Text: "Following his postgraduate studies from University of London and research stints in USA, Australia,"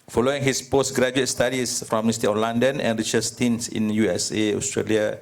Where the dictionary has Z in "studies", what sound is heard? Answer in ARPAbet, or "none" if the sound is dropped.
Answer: S